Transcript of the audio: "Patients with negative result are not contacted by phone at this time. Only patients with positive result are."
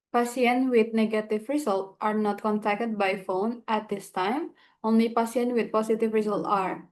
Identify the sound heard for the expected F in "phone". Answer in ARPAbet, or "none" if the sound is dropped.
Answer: F